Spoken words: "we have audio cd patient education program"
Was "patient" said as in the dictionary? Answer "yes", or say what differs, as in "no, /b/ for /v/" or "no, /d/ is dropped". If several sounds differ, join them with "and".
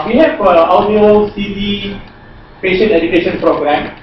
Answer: no, /t/ is dropped